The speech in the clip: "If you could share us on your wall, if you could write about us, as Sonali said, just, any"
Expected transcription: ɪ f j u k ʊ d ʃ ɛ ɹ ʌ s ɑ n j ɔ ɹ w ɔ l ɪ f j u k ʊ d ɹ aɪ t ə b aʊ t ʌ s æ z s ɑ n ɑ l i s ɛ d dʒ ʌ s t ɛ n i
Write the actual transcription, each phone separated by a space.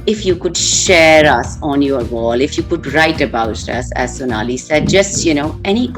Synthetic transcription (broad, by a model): ɪ f j u k ʊ d ʃ ɛ ɹ ʌ s ɑ n j ɔ ɹ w ɔ l ɪ f j u k ʊ d ɹ aɪ t ə b aʊ t ʌ s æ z s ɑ n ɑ l i s ɛ d dʒ ʌ s t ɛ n i